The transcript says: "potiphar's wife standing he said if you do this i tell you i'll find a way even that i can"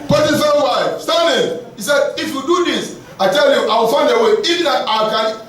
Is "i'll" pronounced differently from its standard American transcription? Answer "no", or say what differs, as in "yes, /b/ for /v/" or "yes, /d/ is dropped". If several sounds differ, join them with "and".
yes, /w/ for /l/